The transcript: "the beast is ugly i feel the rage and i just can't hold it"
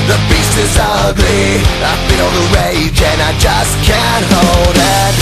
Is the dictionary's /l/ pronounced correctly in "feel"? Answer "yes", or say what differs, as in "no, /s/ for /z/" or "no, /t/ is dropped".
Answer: no, /n/ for /l/